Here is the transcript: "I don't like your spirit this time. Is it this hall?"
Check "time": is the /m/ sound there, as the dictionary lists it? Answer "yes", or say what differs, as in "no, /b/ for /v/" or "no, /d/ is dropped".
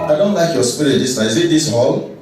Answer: no, /m/ is dropped